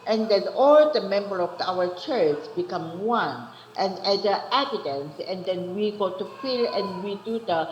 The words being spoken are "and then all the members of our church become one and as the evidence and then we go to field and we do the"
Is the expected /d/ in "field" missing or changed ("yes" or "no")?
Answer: yes